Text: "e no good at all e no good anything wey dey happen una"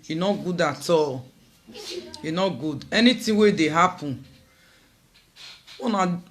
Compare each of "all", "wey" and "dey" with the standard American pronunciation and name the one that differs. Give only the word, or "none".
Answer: none